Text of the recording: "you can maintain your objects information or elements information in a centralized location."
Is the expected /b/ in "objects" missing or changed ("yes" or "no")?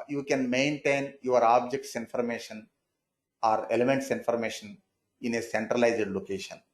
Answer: no